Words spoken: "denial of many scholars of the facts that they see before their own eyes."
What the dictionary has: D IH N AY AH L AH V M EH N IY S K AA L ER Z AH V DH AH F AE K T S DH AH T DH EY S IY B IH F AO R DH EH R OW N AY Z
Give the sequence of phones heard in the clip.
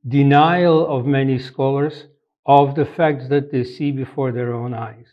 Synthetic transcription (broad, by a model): D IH N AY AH L AH V M EH N IY S K AA L ER Z AH V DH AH F AE K T S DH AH T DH EY S IY B IH F AO R DH EH R OW N AY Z